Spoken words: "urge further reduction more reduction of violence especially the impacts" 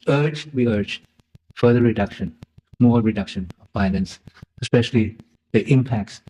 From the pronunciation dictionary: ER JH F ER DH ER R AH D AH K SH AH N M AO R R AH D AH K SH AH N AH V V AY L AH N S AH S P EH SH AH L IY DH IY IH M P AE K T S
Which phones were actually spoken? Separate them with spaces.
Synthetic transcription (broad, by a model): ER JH F ER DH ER R AH D AH K SH AH N M AO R R AH D AH K SH AH N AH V B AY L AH N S AH S P EH SH AH L IY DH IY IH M P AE K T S